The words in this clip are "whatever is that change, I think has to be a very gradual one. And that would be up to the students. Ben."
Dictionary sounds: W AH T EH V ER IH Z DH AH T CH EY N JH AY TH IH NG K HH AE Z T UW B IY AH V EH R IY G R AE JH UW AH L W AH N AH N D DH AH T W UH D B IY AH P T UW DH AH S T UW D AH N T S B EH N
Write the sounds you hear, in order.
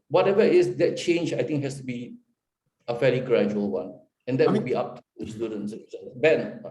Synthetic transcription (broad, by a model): W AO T EH V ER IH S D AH T CH EY N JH AY T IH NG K HH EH S T UW B IY AH F EH L IY G R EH JH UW AH L W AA N AH N D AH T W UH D B IY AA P T UW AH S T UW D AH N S B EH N